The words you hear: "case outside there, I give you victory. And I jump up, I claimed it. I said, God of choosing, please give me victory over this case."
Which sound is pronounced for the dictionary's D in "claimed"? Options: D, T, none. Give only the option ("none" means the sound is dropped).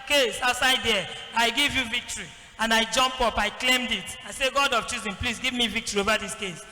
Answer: D